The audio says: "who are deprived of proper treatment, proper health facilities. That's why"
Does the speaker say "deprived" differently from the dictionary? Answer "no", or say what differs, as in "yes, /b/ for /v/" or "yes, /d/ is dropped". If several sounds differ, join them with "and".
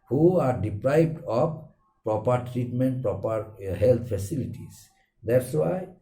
yes, /b/ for /v/